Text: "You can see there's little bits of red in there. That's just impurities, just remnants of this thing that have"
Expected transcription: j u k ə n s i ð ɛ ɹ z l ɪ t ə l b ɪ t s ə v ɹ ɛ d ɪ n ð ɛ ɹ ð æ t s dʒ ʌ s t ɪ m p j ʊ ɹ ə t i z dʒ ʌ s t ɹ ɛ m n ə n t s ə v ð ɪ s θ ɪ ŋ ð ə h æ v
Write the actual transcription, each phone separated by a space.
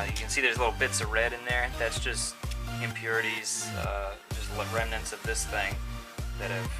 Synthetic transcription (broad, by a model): j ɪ k ə n s i ð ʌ ɹ z l ɪ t l b ɪ t s ə v ɹ ɛ d ɪ n ð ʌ ɹ ð æ t s dʒ ʌ s t ɪ m p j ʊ ɹ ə t i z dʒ ʌ s t ɹ ɛ m n ə n t s ə v ð ɪ s θ ɪ ŋ ð ə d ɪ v